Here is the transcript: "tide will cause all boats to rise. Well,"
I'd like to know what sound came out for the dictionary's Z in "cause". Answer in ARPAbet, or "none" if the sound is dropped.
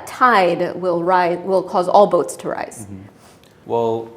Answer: Z